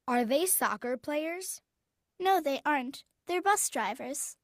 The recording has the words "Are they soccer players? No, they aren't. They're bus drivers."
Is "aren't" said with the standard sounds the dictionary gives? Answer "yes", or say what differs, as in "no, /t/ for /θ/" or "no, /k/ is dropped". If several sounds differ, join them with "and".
yes